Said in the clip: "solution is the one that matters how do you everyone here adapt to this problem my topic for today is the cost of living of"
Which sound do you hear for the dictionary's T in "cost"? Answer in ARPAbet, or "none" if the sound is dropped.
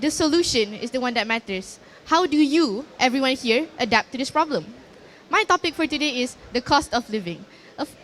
T